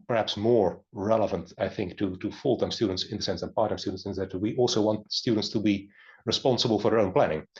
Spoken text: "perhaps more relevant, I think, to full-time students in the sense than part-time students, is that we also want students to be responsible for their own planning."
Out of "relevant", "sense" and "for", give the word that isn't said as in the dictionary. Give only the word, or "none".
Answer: none